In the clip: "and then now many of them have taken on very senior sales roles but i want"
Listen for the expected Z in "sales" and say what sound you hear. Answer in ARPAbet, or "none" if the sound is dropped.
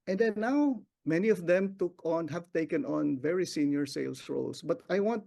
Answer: S